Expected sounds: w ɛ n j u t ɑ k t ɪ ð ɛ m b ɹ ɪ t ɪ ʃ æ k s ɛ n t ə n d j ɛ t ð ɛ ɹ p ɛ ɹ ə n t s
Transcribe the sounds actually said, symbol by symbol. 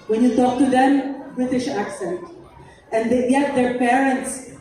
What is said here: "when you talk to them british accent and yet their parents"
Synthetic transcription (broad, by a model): w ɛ n j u t ɑ k t ɪ ð ɛ m b ɹ ɪ t ɪ ʃ æ k s ɛ n t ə n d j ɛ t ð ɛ ɹ p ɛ ɹ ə n t s